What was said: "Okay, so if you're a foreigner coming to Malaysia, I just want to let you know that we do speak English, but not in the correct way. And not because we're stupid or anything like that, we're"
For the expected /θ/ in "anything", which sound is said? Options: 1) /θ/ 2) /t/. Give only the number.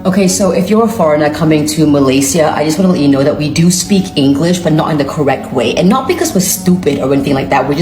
1